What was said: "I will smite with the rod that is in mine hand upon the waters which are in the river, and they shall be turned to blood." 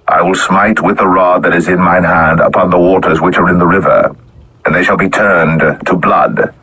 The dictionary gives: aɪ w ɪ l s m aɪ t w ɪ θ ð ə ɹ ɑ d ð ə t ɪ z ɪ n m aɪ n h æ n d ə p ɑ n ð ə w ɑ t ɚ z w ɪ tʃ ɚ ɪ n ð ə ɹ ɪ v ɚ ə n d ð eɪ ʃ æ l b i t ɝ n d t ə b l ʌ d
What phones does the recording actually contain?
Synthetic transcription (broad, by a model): aɪ w ɪ l s m aɪ t w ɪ ð ə ɹ ɑ d ð ə t ɪ z ɪ n m aɪ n h æ n d ə p ɑ n ð ə w ɑ t ɚ z w ɪ tʃ ɚ ɪ n ð ə ɹ ɪ v ɚ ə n ð eɪ ʃ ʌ l b i t ɝ n t ə b l ʌ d